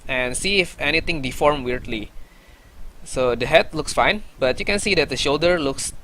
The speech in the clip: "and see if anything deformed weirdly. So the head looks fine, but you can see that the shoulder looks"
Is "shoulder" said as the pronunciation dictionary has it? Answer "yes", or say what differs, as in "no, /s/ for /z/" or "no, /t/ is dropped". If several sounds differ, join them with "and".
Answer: yes